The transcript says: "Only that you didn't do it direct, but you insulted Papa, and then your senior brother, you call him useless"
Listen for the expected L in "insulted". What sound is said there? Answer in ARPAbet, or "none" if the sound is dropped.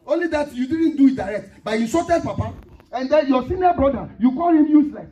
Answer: none